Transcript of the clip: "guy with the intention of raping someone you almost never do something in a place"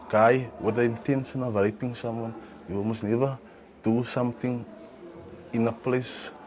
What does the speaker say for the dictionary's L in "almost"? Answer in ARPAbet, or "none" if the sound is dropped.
none